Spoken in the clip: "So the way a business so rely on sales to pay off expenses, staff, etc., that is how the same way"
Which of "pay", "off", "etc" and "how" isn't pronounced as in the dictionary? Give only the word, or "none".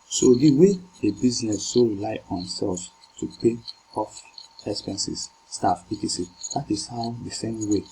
etc